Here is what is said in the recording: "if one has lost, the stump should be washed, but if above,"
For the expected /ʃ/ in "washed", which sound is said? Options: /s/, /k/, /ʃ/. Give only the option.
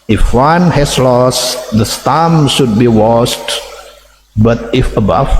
/s/